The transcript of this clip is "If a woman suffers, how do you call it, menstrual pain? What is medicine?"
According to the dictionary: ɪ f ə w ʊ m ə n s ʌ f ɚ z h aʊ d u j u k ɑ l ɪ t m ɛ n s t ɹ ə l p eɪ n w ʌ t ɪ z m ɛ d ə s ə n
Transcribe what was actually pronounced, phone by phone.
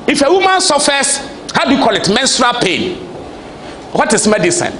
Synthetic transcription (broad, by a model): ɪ f ə w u m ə n s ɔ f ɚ s h aʊ d u j u k ɑ l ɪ t m ɛ n s t ɹ ə l p eɪ n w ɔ t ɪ s m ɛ d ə s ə n